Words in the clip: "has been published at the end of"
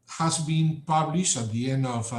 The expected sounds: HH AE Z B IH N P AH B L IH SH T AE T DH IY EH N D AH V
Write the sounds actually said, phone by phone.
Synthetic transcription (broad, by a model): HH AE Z B IH N P AH B L IH SH T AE T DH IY EH N D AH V